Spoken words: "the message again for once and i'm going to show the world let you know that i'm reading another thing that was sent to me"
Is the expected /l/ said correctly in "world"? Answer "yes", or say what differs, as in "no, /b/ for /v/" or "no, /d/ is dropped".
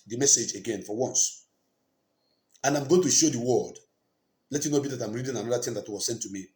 no, /l/ is dropped